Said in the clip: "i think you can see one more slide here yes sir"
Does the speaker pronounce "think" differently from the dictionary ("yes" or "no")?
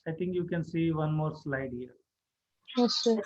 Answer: yes